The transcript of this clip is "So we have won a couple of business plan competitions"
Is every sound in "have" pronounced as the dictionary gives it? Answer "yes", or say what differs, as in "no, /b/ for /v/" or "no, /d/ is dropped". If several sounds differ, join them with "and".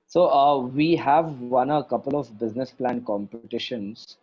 yes